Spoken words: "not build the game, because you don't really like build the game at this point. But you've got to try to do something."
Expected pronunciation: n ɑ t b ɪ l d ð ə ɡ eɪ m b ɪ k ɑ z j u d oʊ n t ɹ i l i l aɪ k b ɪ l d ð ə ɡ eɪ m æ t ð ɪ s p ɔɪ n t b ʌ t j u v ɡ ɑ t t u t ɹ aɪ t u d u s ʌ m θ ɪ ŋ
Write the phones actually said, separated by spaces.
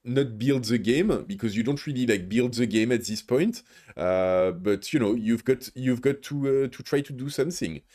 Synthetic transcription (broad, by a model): n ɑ t b ɪ l d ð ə ɡ eɪ m b ɪ k ɑ z j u d oʊ n t ɹ i l i l aɪ k b ɪ l d ð ə ɡ eɪ m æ t ð ɪ s p ɔɪ n t b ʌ t j u v ɡ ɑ t t u t ɹ aɪ t u d u s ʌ m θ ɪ ŋ